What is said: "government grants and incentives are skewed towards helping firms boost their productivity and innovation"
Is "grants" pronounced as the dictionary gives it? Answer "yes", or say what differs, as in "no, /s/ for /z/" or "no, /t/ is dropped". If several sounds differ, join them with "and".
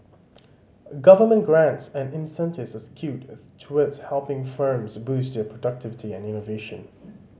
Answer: yes